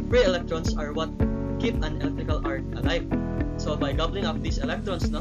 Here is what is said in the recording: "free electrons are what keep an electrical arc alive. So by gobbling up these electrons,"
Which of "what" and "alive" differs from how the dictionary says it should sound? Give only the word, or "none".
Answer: alive